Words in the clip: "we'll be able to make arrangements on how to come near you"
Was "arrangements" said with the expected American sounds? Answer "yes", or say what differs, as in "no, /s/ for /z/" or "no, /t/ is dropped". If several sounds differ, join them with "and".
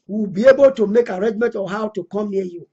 no, /s/ is dropped